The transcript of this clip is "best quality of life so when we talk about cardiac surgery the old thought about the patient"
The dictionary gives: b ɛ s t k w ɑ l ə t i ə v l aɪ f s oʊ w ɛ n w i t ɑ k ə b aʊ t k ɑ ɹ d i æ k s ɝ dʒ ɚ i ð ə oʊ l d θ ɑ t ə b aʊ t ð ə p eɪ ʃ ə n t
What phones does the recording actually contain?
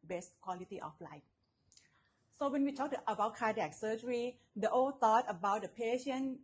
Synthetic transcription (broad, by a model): b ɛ s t k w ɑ l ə t i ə f l aɪ f s oʊ w ɛ n w i t ɑ k ə b aʊ t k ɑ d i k s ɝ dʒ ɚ i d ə oʊ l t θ ɑ t ə b aʊ t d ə p eɪ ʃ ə n